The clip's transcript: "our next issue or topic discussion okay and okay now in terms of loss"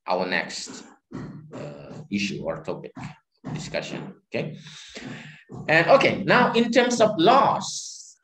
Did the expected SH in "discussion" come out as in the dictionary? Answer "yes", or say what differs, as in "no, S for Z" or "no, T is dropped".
yes